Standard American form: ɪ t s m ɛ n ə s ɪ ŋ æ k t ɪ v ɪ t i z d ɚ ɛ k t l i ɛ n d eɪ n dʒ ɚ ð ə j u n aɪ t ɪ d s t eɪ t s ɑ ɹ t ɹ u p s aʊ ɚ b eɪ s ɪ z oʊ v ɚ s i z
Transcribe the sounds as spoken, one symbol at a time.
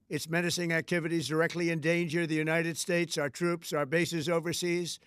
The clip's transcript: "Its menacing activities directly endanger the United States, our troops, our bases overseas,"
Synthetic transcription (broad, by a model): ɪ t s m ɛ n ə s ɪ ŋ æ k t ɪ v ɪ t i z d ɚ ɛ k t l i ɛ n d eɪ n dʒ ɚ ð ə j u n aɪ t ɪ d s t eɪ t s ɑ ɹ t ɹ u p s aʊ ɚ b eɪ s ɪ z oʊ v ɚ s i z